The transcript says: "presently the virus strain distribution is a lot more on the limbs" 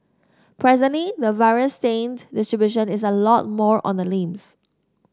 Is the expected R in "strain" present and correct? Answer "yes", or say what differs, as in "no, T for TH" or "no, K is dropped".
no, R is dropped